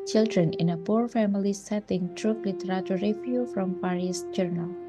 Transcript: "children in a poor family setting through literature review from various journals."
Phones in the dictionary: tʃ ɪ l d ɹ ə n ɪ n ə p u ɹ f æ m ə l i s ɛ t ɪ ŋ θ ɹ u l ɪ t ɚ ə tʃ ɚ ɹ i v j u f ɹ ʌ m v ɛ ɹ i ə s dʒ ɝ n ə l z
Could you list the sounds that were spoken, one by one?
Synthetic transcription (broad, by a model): tʃ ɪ l d ɹ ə n ɪ n ə p u ɹ f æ m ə l i s ɛ t ɪ ŋ t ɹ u l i t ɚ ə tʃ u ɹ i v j u f ɹ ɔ m p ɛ ɹ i s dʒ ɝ n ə l